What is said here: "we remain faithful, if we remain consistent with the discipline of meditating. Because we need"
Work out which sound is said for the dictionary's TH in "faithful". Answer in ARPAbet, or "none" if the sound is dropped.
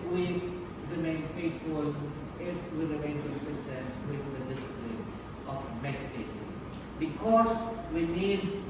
T